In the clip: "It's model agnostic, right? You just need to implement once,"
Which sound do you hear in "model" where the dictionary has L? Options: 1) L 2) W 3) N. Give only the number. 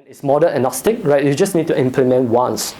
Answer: 3